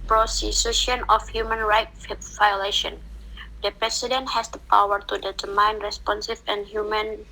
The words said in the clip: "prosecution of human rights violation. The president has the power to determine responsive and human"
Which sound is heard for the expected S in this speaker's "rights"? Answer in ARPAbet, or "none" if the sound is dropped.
none